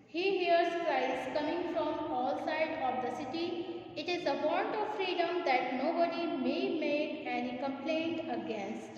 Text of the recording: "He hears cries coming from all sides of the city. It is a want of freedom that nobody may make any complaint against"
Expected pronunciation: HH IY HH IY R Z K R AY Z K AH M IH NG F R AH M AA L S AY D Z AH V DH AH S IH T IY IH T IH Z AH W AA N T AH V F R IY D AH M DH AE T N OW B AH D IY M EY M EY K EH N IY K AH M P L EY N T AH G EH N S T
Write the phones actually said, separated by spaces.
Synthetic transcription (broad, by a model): HH IY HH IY R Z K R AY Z K AH M IH NG F R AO M AA L S AY D AH V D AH S IH T IY IH T IH Z AH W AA N T AH V F R IY D AH M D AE T N OW B AH D IY M EY M EY K EH N IY K AH M P L EY N T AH G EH N S T